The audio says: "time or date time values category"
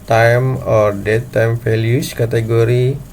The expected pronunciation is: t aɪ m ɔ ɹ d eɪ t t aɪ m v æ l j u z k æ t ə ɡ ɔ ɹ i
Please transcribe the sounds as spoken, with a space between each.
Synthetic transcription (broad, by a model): t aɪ m ɔ ɹ d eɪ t t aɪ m f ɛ l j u s k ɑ t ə ɡ ɔ ɹ i